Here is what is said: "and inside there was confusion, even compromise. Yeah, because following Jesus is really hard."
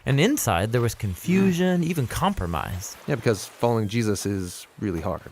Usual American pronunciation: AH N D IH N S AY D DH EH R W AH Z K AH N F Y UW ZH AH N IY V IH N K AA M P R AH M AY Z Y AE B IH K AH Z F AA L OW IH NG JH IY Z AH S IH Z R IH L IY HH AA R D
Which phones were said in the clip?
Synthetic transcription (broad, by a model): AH N IH N S AY D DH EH R W AH Z K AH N F Y UW ZH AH N IY V IH N K AA M P R AH M AY Z Y AE B IH K AH Z F AA L OW IH NG JH IY Z AH S IH Z R IH L IY HH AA R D